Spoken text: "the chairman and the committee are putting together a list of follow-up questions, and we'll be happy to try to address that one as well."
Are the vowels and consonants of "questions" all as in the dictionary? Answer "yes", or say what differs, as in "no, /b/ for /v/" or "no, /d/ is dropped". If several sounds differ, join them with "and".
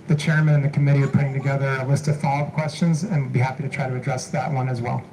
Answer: yes